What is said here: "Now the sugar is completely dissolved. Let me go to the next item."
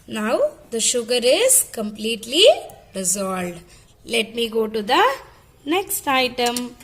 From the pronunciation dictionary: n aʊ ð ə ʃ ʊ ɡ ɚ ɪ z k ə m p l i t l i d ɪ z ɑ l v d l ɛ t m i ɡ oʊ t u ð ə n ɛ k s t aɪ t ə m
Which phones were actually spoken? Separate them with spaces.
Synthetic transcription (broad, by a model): n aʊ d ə ʃ ʊ ɡ ɚ ɪ z k ə m p l i t l i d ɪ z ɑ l d l ɛ t m i ɡ oʊ t u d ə n ɛ k s t aɪ t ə m